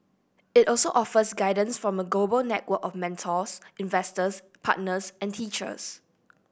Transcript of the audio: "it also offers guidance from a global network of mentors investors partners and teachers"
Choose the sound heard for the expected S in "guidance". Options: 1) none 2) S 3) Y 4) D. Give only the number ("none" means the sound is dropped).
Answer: 2